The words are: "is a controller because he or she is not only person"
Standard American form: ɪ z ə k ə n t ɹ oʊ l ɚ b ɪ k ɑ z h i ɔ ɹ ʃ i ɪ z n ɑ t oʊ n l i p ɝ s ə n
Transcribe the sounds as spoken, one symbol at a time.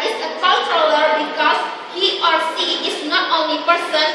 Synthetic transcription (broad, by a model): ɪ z ə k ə l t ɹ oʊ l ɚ b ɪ k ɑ s h i ɔ ɹ s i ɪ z n ɑ t oʊ n l i p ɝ s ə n